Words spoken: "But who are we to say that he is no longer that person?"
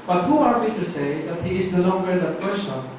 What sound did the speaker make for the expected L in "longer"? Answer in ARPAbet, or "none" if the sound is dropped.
N